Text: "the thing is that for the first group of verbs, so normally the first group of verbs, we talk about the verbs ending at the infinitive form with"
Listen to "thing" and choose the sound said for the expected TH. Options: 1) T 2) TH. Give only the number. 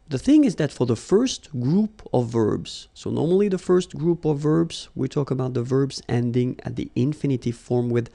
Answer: 2